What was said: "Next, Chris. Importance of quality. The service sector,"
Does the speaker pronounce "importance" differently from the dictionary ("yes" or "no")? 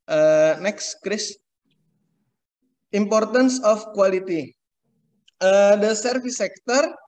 no